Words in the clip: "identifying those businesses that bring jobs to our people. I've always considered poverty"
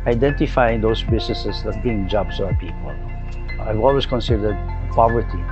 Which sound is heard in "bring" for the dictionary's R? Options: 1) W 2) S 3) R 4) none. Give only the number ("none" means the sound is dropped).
4